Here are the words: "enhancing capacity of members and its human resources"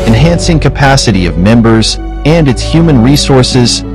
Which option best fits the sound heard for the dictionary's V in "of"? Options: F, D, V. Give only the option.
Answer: V